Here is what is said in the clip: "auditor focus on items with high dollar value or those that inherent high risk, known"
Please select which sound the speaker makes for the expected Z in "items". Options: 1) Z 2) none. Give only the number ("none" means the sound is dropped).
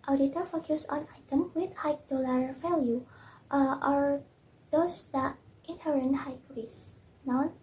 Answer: 2